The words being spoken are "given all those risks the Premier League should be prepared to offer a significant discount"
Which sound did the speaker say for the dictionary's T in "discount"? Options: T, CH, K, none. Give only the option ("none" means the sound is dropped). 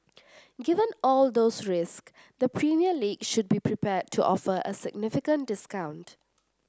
T